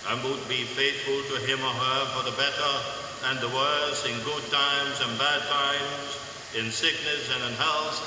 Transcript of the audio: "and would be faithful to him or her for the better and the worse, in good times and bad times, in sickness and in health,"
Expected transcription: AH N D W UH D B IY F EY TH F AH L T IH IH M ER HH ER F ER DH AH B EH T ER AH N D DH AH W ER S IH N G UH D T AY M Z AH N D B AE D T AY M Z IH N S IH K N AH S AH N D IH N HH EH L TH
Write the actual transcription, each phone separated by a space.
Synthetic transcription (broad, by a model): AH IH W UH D B IY F EY TH F AH L T IH IH M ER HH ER F ER DH AH B EH T ER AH N DH AH W ER S IH N G UH D T AY M Z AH N B AE D T AY M Z IH N S IH K N AH S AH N IH N HH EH L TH